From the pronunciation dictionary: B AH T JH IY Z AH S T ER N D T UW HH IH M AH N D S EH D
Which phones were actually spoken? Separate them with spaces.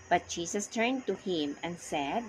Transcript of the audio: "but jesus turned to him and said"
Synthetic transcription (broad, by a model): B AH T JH IY S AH S T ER N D T UW HH IH M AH N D S EH D